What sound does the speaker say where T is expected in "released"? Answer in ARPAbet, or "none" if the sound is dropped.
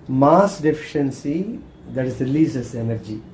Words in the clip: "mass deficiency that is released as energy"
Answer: none